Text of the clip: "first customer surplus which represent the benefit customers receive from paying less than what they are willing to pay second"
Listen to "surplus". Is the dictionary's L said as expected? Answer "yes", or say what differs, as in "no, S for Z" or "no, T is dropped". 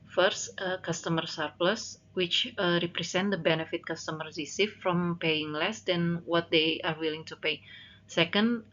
yes